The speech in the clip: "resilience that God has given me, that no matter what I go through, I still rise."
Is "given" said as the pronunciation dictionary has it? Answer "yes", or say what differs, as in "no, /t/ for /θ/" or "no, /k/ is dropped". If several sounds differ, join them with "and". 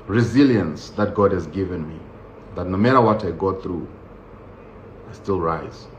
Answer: yes